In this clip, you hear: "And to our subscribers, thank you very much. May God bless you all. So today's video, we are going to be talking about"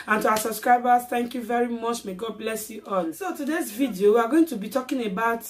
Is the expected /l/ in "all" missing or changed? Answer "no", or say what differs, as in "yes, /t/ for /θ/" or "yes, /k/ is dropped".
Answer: yes, /n/ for /l/